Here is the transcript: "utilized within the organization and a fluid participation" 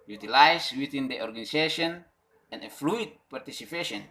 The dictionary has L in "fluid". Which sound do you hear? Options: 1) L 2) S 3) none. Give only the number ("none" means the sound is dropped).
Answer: 1